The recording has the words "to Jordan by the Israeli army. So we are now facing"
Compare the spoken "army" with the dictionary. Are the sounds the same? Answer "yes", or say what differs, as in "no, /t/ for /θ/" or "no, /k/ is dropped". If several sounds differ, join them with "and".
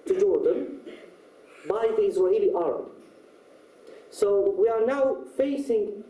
no, /m/ is dropped